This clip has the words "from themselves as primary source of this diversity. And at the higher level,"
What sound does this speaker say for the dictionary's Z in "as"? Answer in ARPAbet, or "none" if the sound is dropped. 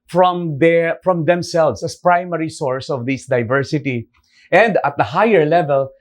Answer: S